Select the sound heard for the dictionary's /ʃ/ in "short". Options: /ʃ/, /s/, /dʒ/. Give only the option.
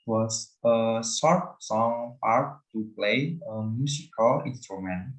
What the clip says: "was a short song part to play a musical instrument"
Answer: /s/